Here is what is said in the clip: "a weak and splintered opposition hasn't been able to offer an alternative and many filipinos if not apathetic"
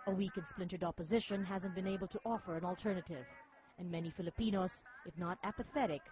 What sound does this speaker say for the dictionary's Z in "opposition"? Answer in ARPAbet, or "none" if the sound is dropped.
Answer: Z